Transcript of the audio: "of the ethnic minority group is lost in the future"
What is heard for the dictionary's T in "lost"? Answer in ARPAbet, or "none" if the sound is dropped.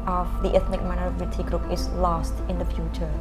T